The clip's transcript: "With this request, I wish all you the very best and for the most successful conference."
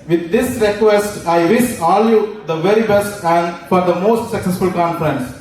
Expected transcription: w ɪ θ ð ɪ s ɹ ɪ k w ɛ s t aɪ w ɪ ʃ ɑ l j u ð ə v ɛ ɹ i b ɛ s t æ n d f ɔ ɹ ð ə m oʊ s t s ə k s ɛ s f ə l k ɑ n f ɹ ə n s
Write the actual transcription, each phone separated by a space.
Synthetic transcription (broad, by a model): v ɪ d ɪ s ɹ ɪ k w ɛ s t aɪ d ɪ s ɑ l j u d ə v ɛ ɹ i b ɛ s t æ n d f ɔ ɹ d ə m oʊ s t s ə k s ɛ s f ə l k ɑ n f ɹ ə n s